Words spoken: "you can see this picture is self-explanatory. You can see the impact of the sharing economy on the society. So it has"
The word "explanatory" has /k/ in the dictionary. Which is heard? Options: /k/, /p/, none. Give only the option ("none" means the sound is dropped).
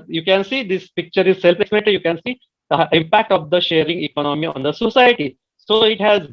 none